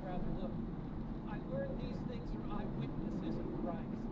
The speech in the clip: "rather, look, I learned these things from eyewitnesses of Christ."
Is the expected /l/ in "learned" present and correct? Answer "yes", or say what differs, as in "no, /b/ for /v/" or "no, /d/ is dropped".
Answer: no, /w/ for /l/